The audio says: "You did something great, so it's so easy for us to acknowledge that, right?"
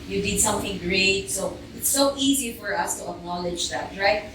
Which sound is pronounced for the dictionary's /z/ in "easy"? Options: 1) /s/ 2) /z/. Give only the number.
2